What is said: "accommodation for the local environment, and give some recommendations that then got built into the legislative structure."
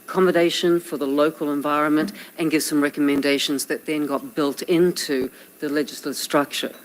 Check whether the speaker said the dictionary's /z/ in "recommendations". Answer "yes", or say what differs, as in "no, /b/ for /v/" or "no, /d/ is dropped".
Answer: yes